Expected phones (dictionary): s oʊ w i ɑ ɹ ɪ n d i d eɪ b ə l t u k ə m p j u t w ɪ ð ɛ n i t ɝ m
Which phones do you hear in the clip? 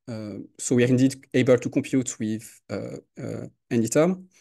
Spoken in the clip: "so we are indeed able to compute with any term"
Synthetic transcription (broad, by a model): s oʊ w i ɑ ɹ ɪ n d i d eɪ b ə l t u k ə m p j u t w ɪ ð ɛ n i t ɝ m